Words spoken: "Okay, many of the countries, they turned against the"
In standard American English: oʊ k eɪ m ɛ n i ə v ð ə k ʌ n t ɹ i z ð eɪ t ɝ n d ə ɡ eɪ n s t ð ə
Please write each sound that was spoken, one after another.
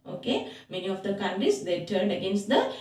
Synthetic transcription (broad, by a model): oʊ k eɪ m ɛ n i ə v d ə k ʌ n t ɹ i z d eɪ t ɝ n d ə ɡ eɪ n s t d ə